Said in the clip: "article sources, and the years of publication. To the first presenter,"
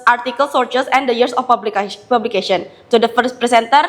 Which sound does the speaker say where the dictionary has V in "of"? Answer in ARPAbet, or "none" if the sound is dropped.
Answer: B